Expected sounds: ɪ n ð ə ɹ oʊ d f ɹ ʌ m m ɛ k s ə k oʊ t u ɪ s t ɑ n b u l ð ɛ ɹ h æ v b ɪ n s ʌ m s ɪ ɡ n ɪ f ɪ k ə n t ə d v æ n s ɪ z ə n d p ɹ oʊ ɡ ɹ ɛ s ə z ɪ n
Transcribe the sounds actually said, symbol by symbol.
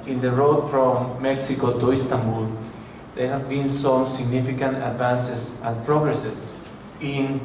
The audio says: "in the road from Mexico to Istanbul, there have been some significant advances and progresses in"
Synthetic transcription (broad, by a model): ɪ n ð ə ɹ oʊ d f ɹ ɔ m m ɛ k s ə k oʊ t u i s t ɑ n b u l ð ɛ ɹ h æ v b ɪ n s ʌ m s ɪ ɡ n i f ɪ k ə n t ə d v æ n s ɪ s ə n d p ɹ oʊ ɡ ɹ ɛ s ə s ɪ n